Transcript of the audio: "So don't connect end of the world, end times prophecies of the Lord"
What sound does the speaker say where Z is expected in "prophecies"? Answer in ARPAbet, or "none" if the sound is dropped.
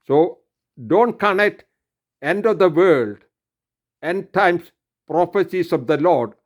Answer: S